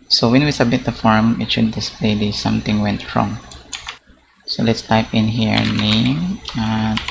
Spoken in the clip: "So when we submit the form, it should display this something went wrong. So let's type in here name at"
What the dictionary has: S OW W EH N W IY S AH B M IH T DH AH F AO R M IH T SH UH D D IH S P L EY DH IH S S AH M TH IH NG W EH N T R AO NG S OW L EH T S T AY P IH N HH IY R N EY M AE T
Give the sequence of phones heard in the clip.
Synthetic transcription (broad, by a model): S OW W EH N W IY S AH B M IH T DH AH F AO R M IH T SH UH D D IH S P L EY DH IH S S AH M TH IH NG W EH N T R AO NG S OW L EH T S T AY P IH N HH IY R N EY AA